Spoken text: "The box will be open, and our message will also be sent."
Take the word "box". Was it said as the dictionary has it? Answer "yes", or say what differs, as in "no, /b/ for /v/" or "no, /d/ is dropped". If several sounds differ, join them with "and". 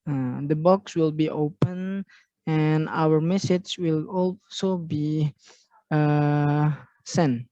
yes